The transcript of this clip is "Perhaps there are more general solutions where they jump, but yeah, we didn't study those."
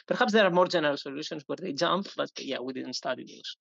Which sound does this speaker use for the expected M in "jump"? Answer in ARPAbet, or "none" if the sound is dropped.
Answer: M